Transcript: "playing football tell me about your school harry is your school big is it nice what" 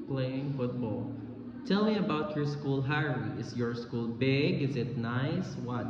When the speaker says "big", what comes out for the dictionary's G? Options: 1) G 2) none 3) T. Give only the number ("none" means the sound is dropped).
1